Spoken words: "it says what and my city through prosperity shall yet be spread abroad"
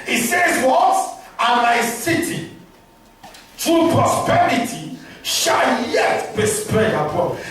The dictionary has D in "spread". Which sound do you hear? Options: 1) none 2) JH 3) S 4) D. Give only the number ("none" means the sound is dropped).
1